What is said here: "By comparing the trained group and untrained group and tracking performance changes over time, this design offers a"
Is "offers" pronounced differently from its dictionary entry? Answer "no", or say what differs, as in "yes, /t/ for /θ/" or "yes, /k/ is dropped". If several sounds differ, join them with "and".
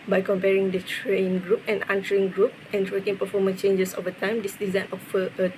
yes, /z/ is dropped